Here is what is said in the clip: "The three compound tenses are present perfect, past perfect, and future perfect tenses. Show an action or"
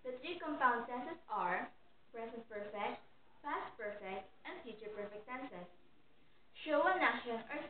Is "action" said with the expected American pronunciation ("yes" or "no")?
no